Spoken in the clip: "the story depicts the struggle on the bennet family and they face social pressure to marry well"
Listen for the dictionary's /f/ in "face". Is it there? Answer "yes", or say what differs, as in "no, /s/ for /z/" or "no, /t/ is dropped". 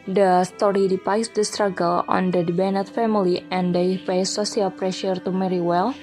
no, /p/ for /f/